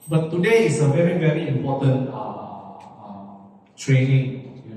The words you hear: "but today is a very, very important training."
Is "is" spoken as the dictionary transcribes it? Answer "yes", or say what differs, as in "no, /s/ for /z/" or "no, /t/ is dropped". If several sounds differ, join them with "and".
no, /s/ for /z/